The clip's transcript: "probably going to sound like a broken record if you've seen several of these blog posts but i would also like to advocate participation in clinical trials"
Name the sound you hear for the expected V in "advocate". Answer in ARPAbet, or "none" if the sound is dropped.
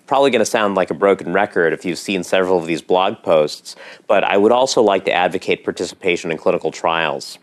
V